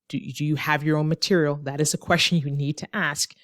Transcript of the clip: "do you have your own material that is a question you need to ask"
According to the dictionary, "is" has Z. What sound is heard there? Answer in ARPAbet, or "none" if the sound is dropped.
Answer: Z